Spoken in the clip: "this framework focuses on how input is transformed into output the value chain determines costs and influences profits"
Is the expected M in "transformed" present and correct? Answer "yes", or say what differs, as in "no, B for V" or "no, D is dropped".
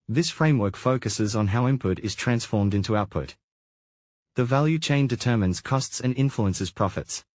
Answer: yes